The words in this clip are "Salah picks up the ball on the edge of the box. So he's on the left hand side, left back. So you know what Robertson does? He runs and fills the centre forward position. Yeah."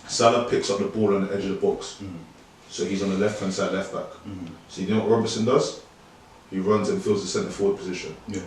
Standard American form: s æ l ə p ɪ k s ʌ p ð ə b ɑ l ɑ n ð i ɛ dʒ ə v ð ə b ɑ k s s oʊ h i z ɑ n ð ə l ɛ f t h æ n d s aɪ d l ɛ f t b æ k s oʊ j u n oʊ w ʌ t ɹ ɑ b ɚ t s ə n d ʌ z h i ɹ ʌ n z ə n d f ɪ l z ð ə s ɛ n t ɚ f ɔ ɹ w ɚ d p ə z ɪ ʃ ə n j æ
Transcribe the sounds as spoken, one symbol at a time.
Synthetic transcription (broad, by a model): s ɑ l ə p ɪ k s ʌ p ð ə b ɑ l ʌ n ð i ɛ dʒ ə v ð ə b ɑ k s s oʊ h i z n ð ə l ɛ f t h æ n s aɪ d l ɛ f t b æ k s oʊ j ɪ n oʊ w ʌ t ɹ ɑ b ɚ s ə n d ʌ z h i ɹ ʌ n z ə n f ɪ l z ð ə s ɛ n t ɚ f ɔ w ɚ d p ə z ɪ ʃ ə n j